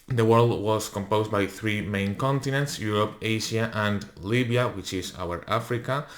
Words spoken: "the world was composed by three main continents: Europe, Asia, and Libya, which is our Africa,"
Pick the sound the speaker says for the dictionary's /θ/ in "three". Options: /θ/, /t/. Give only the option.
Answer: /θ/